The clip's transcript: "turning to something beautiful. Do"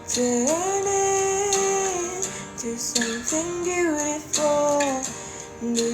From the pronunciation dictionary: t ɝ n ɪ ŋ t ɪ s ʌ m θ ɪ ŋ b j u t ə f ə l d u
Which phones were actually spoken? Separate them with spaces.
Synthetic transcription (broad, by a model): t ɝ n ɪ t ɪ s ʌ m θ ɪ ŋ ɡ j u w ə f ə n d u